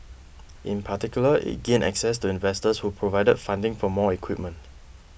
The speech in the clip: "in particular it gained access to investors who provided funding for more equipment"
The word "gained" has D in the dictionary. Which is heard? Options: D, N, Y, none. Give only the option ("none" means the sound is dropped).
none